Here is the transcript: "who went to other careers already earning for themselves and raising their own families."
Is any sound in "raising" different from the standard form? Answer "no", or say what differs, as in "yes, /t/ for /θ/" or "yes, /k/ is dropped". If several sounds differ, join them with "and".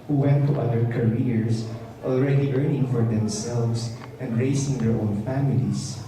yes, /s/ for /z/